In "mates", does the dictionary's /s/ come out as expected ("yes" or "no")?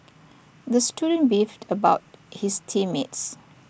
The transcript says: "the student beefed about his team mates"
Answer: yes